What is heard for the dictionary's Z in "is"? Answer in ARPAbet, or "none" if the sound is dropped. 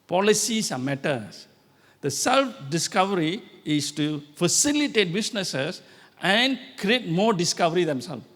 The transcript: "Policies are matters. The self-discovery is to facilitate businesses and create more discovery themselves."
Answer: S